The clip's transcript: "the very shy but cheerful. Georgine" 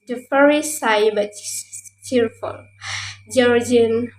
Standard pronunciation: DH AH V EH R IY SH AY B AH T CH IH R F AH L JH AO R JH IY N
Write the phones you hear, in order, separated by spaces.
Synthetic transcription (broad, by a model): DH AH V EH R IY S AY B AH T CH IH R F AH L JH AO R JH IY N